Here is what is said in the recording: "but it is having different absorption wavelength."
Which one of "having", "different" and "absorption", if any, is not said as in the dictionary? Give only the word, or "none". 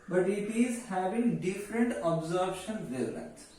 absorption